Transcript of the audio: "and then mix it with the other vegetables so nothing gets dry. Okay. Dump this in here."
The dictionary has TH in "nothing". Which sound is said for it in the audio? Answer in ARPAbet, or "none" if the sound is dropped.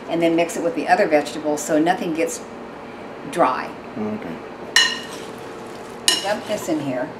TH